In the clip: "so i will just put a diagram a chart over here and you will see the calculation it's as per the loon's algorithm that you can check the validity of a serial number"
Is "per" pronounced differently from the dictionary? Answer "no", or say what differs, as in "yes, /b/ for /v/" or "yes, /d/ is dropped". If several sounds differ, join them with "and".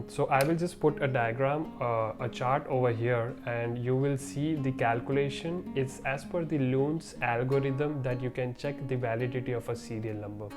yes, /f/ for /p/